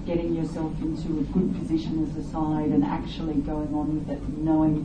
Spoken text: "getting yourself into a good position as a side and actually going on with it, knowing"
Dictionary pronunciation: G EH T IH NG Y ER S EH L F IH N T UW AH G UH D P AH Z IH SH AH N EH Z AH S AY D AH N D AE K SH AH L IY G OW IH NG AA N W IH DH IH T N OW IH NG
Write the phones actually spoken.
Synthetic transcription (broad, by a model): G EH T IH NG Y ER S EH L F IH N T UW AH G UH D P AH Z IH SH AH N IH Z AH S AY D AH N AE K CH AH L IY G OW IH NG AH N W IH DH IH T N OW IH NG